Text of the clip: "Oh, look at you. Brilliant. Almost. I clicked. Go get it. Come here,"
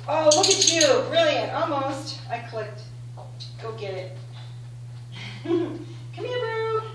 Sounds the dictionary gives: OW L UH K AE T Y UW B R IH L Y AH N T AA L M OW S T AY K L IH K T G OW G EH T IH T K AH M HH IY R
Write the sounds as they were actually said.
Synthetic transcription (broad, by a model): OW W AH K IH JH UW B R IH L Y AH N T AA L M OW S T AY K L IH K T G OW G EH T IH T K AH M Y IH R